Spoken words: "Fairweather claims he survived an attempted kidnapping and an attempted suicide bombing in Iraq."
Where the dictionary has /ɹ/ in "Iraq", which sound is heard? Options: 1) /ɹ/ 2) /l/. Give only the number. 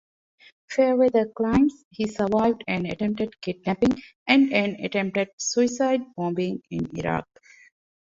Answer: 1